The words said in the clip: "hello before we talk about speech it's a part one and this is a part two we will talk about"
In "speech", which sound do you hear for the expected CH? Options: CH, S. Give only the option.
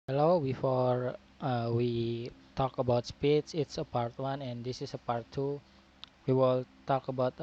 S